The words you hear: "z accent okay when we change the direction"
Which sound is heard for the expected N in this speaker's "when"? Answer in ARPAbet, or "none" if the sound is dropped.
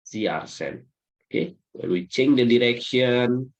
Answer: L